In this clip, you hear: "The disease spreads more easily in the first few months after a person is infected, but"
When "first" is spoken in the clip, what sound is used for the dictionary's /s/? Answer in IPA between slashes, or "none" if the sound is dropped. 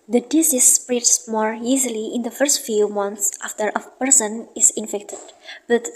/s/